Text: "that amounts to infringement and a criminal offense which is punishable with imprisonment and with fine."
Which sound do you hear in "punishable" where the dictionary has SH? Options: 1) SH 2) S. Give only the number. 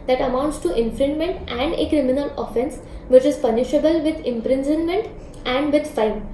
1